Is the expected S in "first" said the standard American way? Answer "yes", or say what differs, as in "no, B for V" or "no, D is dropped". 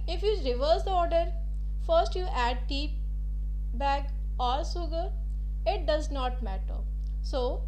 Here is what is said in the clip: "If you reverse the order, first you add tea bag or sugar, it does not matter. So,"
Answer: yes